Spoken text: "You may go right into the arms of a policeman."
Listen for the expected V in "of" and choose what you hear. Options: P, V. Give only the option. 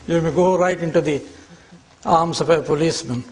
P